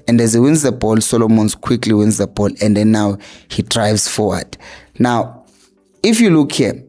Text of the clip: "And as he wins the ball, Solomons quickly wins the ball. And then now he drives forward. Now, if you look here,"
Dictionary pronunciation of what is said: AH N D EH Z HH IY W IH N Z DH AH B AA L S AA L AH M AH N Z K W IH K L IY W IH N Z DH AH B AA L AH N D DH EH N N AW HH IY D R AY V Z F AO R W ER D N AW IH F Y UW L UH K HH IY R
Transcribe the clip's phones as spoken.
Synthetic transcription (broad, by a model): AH N D EH Z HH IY W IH N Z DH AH B AA L S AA L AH M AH N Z K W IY K L IY W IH N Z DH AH B AA L AH N D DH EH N N AW HH IY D R AY V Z F AO W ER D N AW IH F Y UW L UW K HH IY